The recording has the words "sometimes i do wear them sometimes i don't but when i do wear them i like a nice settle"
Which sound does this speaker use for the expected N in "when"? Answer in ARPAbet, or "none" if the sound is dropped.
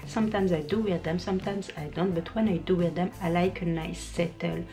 N